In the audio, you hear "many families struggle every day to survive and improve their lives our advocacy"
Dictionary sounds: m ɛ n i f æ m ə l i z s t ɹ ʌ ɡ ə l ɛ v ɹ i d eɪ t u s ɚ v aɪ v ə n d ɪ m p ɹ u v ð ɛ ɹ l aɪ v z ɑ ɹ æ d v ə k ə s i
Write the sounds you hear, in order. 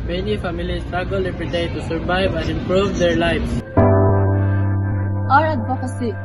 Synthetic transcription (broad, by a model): m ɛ n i f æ m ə l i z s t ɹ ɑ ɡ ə l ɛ p ɹ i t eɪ t u s ɚ v aɪ v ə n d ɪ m p ɹ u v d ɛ ɹ l aɪ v s ɑ ɹ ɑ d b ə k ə s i